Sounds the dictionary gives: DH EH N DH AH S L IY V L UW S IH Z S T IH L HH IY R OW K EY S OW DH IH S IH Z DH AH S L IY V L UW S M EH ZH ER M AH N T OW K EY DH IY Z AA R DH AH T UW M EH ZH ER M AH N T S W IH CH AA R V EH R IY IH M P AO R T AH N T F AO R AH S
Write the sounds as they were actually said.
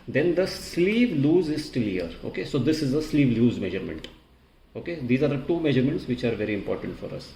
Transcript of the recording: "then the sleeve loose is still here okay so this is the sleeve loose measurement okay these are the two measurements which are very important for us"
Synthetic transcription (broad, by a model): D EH N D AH S L IY V L UW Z IH Z S T IH L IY R OW K EY S OW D IH S IH Z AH S L IY V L UW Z M EH ZH ER M AH N T OW K EY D IY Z AA R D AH T UW M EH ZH ER M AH N T S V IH CH AA R V EH R IY IH M P AO R T AH N T F AO R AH S